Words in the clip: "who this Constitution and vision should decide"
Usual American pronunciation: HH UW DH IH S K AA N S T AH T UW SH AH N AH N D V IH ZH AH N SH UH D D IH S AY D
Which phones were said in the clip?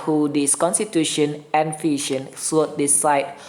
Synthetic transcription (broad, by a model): HH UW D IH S K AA N S T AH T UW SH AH N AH N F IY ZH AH N S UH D D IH S AY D